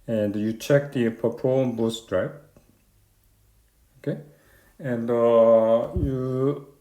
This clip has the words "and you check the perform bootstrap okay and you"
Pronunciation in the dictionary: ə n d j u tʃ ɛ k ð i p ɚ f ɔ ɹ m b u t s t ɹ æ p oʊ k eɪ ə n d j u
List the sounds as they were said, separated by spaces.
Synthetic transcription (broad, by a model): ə n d j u tʃ ɛ k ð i p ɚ p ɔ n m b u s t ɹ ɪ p oʊ k eɪ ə n d j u